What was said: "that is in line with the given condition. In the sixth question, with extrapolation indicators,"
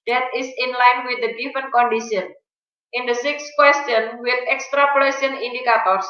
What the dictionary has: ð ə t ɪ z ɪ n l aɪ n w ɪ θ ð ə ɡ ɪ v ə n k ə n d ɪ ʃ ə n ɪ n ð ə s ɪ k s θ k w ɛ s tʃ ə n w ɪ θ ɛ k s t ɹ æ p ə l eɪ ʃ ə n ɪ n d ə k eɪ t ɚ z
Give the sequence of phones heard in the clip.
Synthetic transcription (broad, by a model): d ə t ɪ s ɪ n l aɪ n w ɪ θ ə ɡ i f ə n k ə n d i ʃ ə n ɪ n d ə s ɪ k s k w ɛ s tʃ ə n w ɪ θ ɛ k s t ɹ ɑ p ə l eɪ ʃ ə n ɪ n d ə k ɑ t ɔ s